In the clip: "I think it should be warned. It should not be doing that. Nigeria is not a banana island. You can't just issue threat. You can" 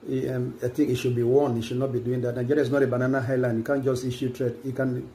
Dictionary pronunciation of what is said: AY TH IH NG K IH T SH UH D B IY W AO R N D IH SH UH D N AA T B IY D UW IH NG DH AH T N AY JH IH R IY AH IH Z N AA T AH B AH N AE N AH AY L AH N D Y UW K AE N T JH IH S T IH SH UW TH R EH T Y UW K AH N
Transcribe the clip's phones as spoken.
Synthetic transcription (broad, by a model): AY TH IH NG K IH T SH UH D B IY W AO N IH SH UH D N AA T B IY D UW IH NG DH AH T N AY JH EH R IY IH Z N AA T AH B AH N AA N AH AY L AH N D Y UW K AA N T JH IH S T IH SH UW T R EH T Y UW K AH N